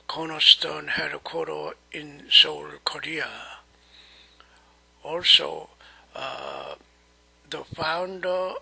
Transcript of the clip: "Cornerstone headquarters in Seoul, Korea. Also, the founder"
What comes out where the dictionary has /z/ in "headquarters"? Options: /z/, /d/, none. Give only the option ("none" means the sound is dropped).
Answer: none